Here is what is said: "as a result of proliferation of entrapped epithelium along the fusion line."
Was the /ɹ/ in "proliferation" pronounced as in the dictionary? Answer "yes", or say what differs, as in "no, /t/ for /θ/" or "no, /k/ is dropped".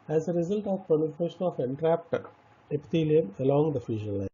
no, /ɹ/ is dropped